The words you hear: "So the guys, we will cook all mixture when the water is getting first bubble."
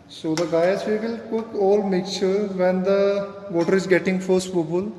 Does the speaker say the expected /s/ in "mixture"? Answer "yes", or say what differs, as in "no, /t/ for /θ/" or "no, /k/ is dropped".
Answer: no, /s/ is dropped